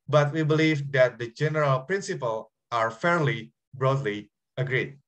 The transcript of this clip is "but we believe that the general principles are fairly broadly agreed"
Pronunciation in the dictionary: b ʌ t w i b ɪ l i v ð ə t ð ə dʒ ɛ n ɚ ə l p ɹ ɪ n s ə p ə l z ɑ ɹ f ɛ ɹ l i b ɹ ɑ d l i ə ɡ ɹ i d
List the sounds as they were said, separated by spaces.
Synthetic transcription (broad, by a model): b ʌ t w i b ɪ l i v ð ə t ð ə dʒ ɛ n ɚ ə l p ɹ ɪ n s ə p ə l ɑ ɹ f ɛ ɹ l i b ɹ ɑ d l i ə ɡ ɹ i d